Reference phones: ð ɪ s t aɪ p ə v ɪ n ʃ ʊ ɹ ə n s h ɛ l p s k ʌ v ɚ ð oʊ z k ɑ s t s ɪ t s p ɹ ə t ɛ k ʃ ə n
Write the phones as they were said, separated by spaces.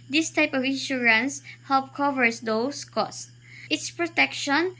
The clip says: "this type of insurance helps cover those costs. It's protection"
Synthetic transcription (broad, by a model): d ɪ s t aɪ p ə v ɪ n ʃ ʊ ɹ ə n s h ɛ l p k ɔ v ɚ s oʊ s k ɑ s t ɪ t s p ɹ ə t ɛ k ʃ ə n